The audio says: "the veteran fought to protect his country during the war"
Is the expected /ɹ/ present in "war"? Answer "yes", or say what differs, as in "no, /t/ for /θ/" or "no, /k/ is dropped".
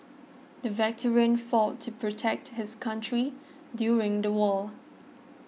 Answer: no, /l/ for /ɹ/